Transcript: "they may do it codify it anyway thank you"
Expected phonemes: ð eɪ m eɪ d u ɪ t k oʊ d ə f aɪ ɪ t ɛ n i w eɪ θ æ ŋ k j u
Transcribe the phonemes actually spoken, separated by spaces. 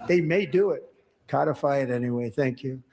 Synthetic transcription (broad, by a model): ð eɪ m eɪ d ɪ ɪ t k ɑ d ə f aɪ ɪ t ɛ n i w eɪ θ æ ŋ k j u